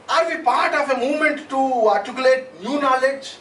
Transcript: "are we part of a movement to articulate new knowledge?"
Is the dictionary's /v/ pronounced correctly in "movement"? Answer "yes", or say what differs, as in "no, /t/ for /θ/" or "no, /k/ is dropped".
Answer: no, /v/ is dropped